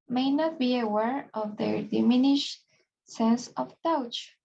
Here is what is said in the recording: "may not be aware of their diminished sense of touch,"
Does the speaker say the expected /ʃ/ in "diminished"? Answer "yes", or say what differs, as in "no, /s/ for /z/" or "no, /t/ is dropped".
yes